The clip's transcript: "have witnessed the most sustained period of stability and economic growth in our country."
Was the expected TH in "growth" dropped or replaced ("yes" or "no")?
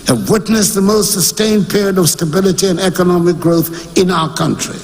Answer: no